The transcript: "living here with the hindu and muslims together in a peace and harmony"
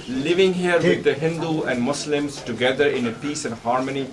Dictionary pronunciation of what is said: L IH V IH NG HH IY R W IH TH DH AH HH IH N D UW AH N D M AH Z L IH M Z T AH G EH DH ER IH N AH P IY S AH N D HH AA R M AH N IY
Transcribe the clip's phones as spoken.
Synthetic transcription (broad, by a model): L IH V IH NG HH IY R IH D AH HH IH N D UW AH N D M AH S L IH M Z T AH G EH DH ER IH N AH P IY S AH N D HH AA R M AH N IY